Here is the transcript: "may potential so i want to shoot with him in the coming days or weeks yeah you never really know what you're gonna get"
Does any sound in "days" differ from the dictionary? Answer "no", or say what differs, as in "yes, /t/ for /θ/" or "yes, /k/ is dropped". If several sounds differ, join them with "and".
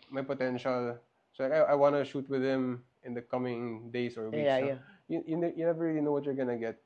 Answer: yes, /s/ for /z/